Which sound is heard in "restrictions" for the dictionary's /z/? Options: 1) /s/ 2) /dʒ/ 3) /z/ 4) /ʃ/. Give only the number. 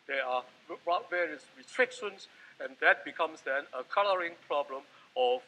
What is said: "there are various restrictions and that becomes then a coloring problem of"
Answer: 1